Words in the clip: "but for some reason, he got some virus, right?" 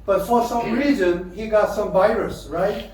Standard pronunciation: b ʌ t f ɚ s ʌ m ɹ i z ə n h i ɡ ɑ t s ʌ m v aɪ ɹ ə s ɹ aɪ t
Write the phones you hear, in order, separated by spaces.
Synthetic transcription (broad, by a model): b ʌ t f ɚ s ʌ m ɹ i z ə n h i ɡ ɑ t s ʌ m v aɪ ɹ ə s ɹ aɪ t